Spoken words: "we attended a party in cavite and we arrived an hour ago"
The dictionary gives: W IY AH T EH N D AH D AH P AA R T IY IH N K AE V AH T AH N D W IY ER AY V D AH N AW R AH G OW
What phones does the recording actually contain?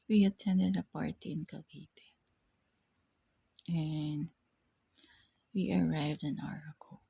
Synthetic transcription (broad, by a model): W IY AH T EH N D AH D AH P AA R T IY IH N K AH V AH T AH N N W IY ER AY V D AH N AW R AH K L